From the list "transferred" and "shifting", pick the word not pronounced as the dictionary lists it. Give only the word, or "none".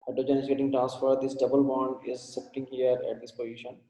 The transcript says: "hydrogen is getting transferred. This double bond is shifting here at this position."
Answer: shifting